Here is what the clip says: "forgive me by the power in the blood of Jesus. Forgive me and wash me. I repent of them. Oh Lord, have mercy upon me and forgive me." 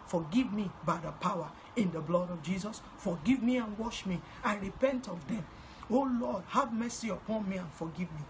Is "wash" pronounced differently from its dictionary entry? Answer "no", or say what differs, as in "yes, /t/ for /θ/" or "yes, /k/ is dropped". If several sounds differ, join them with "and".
no